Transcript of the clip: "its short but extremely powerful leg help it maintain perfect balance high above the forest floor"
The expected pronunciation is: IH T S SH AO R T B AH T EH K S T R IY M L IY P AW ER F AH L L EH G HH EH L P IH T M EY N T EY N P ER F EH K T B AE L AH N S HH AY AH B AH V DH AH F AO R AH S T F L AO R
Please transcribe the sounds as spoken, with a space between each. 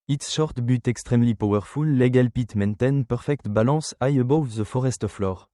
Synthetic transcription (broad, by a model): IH T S SH AO R T B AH T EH K S T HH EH M L IY P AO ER F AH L L EH G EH L P IH T M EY N T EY N P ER F EH K T B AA L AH S AY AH B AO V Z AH F AO R AH S T F L AO R